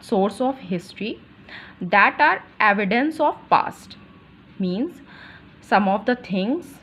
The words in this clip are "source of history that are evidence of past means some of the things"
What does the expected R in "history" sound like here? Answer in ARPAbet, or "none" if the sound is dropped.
R